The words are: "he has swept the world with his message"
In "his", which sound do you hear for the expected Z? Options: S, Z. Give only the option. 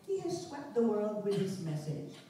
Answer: S